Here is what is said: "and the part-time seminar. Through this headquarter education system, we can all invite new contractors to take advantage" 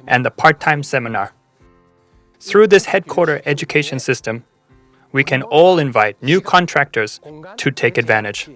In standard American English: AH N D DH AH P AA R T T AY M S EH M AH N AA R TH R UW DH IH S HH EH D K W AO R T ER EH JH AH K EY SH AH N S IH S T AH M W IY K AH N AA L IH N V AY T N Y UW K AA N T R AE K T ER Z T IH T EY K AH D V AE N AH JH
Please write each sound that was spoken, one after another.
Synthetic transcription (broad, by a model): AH N DH AH P AA R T T AY M S EH M AH N AA R TH R UW DH IH S HH EH D K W AO R T ER EH JH AH K EY SH AH N S IH S T AH M W IY K AH N AA L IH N V AY T N Y UW K AA N T R AE K T ER Z T IH T EY K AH D V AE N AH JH